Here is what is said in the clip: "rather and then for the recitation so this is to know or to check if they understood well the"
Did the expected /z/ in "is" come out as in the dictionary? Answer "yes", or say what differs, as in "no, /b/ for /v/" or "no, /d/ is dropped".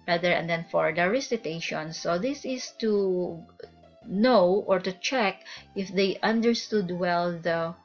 no, /s/ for /z/